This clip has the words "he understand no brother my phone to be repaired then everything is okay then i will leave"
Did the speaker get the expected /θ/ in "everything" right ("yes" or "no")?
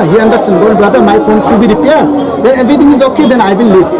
no